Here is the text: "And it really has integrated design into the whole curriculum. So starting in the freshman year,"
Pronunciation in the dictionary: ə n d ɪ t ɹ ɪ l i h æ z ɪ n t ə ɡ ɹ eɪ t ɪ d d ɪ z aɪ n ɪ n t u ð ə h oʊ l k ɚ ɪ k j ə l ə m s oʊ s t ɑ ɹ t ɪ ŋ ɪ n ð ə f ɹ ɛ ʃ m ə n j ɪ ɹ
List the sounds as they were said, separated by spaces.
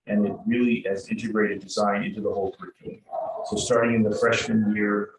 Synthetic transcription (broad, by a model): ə n ɪ t ɹ ɪ l i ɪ z ɪ n t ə ɡ ɹ eɪ t ɪ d d ɪ z aɪ n ɪ n t u ð ə h oʊ l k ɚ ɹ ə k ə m s oʊ s t ɑ ɹ t ɪ ŋ ɪ n ð ə f ɹ ɛ ʃ m ə n j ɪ ɹ